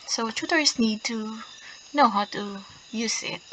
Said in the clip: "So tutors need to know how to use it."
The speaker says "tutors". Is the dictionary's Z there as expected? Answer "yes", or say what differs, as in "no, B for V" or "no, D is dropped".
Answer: no, S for Z